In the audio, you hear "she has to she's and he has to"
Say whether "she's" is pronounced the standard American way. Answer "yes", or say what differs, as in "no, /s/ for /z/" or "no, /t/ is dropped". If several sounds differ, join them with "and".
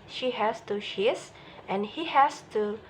no, /s/ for /z/